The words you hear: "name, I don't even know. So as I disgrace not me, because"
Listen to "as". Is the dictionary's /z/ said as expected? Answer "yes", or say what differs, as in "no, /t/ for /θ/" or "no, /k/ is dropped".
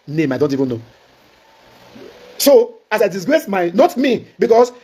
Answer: no, /s/ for /z/